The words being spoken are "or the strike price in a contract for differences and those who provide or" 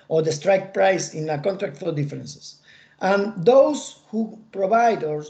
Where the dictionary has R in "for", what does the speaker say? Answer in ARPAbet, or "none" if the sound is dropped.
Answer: L